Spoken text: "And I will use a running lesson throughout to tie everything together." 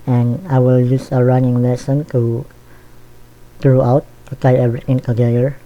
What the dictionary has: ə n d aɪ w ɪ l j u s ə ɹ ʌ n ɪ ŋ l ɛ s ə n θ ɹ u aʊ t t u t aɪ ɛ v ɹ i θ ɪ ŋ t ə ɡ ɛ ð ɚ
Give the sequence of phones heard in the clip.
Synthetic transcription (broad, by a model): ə n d aɪ w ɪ l j u s ə ɹ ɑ n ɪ ŋ l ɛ s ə n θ ɹ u aʊ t t u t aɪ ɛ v ɹ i t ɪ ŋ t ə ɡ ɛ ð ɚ